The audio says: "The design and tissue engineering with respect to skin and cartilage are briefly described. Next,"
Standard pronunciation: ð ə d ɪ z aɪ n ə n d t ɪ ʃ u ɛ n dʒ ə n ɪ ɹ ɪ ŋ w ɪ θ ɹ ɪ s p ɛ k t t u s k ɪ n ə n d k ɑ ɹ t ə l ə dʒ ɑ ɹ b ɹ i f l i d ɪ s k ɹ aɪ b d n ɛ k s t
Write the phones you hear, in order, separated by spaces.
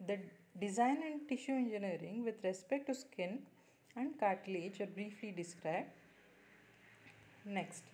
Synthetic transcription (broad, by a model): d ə d ɪ z aɪ n ə n d t ɪ ʃ u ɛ n dʒ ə n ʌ ɹ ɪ ŋ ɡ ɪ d ɹ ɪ s p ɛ k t t u s k ɪ n ə n d k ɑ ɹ t l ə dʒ ɑ ɹ b ɹ i f l i d ɪ s k ɹ aɪ b d n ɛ k s t